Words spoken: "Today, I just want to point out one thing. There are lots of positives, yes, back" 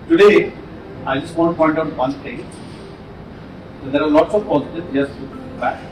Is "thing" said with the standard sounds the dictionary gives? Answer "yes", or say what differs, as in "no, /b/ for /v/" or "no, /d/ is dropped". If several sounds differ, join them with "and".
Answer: no, /t/ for /θ/